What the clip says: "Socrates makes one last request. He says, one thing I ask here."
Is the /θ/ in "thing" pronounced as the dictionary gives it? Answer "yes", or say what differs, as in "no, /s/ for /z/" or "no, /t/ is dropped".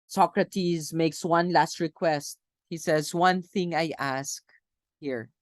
yes